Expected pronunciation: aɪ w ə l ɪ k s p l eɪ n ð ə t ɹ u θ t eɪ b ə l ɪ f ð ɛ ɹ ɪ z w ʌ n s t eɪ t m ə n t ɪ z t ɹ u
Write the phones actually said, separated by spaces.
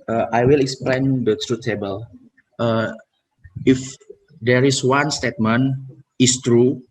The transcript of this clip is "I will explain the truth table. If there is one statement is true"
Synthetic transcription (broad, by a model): aɪ w ə l ɪ k s p l eɪ n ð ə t ɹ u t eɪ b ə l ɪ f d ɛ ɹ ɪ s w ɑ n s t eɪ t m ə n ɪ s t ɹ u